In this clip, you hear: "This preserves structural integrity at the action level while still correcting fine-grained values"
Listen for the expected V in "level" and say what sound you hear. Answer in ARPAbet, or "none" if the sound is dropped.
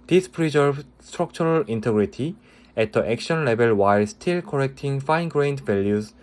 B